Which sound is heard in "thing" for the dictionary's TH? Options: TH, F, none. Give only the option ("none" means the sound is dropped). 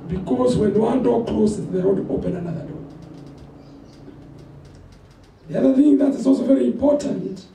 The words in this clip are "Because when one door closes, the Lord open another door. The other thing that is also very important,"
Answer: TH